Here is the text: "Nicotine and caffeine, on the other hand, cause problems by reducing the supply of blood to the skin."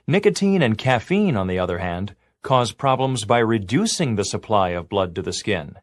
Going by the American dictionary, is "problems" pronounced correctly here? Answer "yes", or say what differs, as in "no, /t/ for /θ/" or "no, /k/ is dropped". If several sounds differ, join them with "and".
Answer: yes